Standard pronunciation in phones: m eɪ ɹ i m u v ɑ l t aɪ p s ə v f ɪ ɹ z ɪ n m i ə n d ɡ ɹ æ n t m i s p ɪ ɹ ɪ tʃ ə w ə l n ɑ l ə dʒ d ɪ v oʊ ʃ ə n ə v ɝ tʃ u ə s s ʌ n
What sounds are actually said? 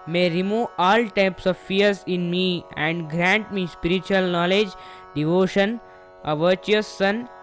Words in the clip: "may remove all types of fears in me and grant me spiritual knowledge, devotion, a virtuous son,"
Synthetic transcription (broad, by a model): m eɪ ɹ i m u v ɑ l t aɪ p s ə v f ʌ ɹ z ɪ n m i ə n d ɡ ɹ æ n t m i s p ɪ ɹ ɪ tʃ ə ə l n ɑ l ə dʒ d ɪ v oʊ ʃ ə n ə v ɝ tʃ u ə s s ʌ n